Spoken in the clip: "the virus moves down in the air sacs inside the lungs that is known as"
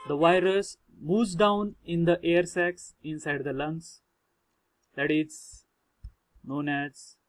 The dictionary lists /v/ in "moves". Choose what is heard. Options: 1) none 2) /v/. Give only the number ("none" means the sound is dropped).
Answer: 1